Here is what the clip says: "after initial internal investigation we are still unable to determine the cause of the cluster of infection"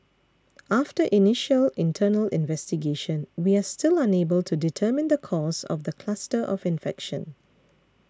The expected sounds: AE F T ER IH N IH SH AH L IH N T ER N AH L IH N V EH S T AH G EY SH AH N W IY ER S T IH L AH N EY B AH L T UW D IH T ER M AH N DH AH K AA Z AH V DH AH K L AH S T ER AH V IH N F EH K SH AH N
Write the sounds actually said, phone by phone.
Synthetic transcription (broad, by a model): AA F T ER IH N IH SH AH L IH N T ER N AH L IH N V EH S T AH G EY SH AH N W IY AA S T IH L AH N EY B AH L T UW D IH T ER M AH N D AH K AA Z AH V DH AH K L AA S T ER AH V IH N F EH K SH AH N